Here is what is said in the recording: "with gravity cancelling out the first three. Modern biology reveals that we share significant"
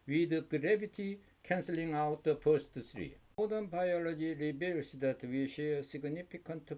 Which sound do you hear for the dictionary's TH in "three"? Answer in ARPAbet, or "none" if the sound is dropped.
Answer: S